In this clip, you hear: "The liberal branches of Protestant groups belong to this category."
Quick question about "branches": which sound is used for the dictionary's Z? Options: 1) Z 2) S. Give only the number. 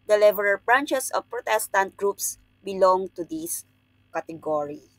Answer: 2